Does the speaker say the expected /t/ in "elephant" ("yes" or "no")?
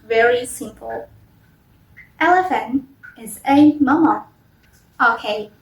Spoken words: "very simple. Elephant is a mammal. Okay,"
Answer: no